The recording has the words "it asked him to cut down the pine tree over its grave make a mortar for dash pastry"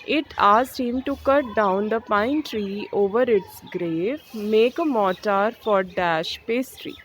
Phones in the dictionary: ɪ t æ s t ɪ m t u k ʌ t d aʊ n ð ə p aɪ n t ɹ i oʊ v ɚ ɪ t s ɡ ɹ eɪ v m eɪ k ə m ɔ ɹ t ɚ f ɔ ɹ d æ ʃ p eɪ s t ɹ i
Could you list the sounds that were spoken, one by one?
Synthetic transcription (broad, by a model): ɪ t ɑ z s ɪ m t u k ʌ t d aʊ n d ə p aɪ n t ɹ i oʊ v ɚ ɪ t s ɡ ɹ eɪ v m eɪ k ə m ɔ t t f ɔ ɹ d æ ʃ p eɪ s t ɹ i